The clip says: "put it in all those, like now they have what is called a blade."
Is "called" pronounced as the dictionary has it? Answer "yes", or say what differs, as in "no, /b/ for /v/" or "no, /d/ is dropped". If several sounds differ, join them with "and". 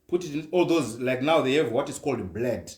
yes